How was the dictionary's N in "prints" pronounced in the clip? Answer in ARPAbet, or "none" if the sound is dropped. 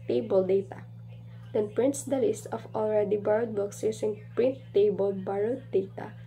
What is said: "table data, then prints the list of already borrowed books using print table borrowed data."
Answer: N